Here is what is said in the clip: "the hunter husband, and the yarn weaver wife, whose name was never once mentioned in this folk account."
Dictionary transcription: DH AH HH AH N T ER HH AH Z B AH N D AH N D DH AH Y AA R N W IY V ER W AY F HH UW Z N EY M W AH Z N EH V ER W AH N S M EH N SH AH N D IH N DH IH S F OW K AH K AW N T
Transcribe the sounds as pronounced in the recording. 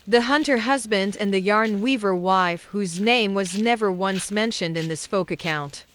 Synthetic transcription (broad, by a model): DH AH HH AH N T ER HH AH Z B AH N D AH N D DH AH Y AA R N W IY V ER W AY F HH UW Z N EY M W AH Z N EH V ER W AH N S M EH N SH AH N D IH N DH IH S F OW K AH K AW N T